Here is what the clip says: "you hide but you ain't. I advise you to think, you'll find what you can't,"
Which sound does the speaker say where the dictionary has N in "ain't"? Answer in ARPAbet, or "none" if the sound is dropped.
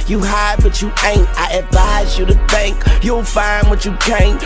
N